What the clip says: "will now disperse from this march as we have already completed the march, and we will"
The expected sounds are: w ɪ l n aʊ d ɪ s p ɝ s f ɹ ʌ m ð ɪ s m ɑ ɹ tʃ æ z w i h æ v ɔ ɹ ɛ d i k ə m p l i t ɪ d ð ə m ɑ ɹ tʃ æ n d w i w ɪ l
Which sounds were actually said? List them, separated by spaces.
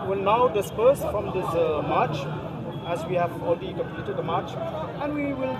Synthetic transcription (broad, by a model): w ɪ l n aʊ d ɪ s p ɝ s f ɹ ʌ m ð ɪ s m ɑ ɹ tʃ æ z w i h æ v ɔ l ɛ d i k ə m p l i t ɪ d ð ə m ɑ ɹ tʃ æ n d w i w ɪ l